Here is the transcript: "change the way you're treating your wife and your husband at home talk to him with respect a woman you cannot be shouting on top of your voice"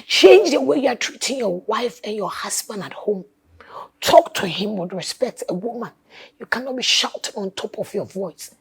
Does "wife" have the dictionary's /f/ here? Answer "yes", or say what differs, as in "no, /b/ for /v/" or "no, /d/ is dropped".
yes